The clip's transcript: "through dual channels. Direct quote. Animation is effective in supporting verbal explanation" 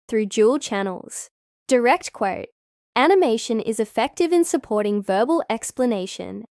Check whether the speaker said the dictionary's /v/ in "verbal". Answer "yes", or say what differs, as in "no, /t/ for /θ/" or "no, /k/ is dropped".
yes